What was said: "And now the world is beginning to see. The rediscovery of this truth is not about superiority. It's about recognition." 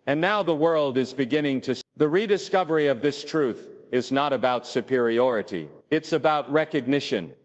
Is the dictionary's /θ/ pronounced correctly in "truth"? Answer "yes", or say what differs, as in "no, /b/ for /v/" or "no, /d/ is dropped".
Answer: yes